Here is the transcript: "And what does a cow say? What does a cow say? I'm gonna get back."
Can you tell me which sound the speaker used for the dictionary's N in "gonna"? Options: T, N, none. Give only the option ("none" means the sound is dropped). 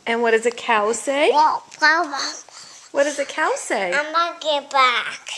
none